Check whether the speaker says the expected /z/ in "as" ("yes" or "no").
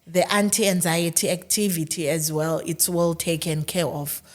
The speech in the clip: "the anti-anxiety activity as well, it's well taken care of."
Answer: yes